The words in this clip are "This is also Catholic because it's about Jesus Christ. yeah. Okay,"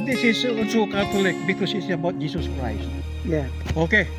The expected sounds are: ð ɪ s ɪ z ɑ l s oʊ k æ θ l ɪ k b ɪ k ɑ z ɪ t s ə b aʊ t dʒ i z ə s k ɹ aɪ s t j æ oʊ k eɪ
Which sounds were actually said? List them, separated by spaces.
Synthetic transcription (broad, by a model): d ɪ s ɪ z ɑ n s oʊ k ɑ t l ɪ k b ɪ k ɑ s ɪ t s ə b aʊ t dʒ i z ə s k ɹ aɪ s t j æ oʊ k eɪ